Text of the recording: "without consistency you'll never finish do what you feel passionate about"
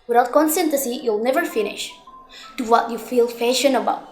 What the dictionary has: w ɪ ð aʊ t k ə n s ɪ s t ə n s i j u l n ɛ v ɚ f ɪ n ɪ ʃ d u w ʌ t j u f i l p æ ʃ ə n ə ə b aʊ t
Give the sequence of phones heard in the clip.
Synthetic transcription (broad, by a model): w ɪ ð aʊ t k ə n s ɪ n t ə s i j u l n ɛ v ɚ f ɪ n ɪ ʃ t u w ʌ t j u f i l f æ ʃ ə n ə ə b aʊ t